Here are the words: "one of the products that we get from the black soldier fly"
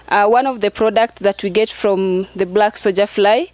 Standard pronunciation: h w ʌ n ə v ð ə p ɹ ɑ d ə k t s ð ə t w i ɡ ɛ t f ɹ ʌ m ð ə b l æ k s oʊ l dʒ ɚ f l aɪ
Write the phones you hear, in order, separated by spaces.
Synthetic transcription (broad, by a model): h w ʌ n ə v ð ə p ɹ ɑ d ə k t s ð ə t w i ɡ ɛ t f ɹ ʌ m ð ə b l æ k s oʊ dʒ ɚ f l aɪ